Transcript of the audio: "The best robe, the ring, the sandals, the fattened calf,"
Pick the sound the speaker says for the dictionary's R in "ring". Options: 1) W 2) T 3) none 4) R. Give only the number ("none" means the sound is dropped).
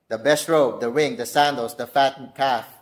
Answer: 1